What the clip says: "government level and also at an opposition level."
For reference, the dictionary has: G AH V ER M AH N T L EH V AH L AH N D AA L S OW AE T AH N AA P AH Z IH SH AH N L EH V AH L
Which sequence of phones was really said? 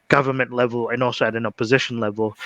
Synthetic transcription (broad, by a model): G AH V ER M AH N T L EH V AH L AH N AA L S OW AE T AH N AA P AH Z IH SH AH N L EH V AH L